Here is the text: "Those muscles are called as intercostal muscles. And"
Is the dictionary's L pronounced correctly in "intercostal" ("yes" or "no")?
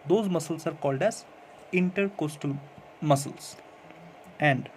yes